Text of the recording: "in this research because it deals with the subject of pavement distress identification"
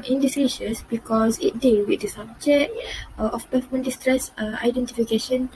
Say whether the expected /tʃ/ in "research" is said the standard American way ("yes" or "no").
no